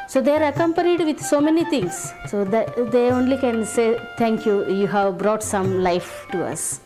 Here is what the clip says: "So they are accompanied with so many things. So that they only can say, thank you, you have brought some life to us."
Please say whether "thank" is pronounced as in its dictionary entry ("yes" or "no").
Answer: no